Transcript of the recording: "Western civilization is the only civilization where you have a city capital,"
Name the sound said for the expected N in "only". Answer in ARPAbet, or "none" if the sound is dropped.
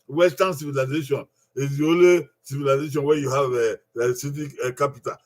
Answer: none